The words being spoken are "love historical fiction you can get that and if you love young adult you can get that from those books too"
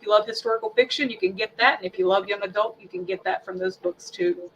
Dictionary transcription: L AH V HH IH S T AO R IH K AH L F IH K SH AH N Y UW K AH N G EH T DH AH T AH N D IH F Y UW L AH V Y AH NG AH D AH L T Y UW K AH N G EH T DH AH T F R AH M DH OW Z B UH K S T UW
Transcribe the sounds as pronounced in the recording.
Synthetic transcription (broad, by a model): L AH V HH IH S T AO R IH K L F IH K SH AH N Y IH K AH N G EH T DH AH T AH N IH F Y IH L AH V Y AH NG AH D AH L T Y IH K AH N G EH T DH AH T F R AH M DH OW Z B UH K S T UW